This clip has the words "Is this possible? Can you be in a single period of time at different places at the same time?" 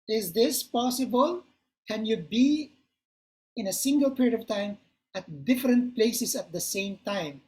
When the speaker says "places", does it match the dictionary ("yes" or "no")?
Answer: no